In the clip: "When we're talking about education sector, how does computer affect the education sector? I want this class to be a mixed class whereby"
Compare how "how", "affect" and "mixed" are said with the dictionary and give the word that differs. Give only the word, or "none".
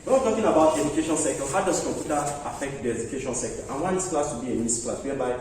mixed